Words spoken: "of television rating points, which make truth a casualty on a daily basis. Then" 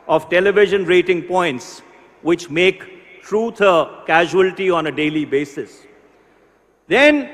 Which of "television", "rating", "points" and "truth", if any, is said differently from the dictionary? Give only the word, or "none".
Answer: truth